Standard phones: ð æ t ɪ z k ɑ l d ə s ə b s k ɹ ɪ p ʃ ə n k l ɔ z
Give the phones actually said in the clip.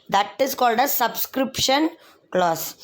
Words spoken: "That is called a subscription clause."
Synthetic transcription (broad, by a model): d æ t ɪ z k ɑ l d ə s ə b s k ɹ ɪ p ʃ ə n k l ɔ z